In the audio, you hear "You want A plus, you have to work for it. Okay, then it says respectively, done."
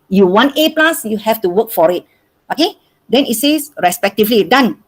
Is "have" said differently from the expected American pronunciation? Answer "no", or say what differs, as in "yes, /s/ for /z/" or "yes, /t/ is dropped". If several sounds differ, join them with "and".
yes, /f/ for /v/